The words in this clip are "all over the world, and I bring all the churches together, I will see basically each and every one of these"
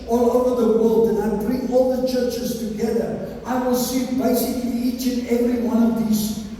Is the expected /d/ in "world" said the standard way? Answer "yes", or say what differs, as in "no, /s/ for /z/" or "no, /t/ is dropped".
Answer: yes